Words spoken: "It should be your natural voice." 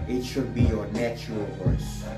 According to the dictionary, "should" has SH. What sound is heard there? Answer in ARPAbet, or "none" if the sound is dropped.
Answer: SH